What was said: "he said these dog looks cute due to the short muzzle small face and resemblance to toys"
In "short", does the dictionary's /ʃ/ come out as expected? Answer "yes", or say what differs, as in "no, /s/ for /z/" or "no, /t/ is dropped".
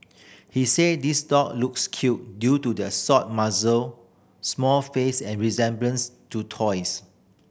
no, /s/ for /ʃ/